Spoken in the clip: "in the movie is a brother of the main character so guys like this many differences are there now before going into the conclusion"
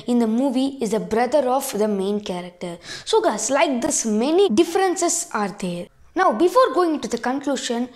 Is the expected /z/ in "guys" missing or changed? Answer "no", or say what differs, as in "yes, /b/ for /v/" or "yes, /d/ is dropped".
yes, /s/ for /z/